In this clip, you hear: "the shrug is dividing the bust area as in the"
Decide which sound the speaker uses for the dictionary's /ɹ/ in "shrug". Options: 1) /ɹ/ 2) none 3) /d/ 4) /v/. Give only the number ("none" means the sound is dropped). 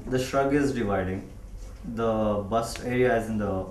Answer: 1